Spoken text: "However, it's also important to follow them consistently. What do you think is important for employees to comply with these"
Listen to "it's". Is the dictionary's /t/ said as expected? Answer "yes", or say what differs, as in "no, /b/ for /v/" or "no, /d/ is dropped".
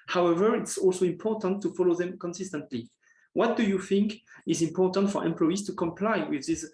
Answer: yes